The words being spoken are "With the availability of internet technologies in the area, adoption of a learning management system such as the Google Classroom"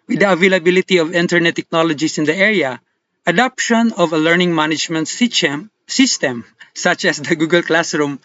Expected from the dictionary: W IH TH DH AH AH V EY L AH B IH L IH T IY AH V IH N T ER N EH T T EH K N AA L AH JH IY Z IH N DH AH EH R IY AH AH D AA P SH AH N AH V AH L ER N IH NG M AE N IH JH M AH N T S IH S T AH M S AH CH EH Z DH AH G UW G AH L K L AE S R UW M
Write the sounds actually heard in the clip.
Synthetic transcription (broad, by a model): W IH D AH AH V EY L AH B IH L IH T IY AH V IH N T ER N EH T T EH K N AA L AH JH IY S IH N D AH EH R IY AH AH D AA P SH AH N AH V AH L ER N IH NG M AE N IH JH M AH N T S IH S T AH M S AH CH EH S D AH G UW G AH L K L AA S R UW M